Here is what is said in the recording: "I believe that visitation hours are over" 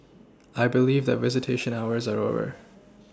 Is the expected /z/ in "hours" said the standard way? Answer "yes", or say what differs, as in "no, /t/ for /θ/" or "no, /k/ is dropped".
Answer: yes